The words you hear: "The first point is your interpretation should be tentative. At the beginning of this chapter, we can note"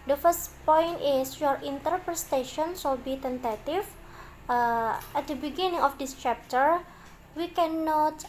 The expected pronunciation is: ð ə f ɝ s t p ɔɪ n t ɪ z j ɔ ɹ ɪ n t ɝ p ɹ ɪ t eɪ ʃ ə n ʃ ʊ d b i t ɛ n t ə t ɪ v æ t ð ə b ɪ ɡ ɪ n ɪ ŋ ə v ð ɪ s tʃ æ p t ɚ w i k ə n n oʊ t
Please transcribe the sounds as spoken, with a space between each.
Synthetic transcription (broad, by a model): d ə f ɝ s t p ɔɪ n t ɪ s j ɔ ɹ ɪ n t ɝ p ɹ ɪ t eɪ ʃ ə n s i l b i t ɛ n t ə t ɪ f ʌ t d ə b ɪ ɡ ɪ n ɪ ŋ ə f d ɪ s tʃ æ p t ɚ w i k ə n n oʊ t